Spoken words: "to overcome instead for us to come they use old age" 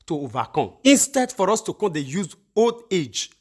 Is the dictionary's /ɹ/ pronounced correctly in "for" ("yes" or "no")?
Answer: yes